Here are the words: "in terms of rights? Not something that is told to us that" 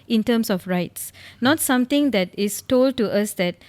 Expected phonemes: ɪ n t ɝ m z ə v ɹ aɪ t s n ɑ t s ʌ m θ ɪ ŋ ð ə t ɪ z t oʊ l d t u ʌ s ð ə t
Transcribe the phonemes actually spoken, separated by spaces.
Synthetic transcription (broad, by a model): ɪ n t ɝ m s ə f ɹ aɪ t s n ɑ t s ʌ m t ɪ ŋ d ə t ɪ s t oʊ l d t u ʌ s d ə t